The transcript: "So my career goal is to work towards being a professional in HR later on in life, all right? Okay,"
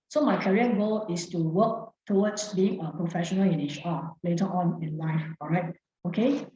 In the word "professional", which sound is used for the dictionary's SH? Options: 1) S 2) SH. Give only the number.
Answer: 2